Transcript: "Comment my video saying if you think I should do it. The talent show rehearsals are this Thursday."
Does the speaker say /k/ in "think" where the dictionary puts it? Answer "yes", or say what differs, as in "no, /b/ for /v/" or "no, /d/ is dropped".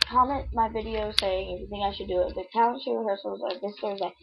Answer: no, /k/ is dropped